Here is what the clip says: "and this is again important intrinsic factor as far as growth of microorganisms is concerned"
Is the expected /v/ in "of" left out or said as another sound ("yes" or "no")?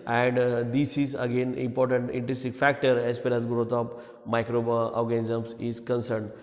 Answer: yes